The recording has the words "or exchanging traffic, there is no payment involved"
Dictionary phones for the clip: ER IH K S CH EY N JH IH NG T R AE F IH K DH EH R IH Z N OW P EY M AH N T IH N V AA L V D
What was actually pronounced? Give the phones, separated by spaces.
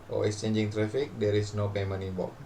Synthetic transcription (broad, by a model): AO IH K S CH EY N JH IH NG T R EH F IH K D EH R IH S N OW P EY M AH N IH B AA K